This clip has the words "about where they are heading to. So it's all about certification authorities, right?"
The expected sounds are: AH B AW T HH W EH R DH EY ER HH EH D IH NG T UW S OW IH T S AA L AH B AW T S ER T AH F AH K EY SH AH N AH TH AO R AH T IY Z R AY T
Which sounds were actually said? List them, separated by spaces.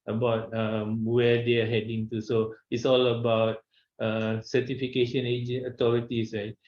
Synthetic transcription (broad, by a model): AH B AW T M W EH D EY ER HH EH D IH NG T UW S OW IH T S AA L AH B AW T S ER T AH F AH K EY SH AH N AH T AO R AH T IY S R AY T